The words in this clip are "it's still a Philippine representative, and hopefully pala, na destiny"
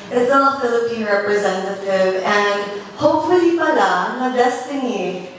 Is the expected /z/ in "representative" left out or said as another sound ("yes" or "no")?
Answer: no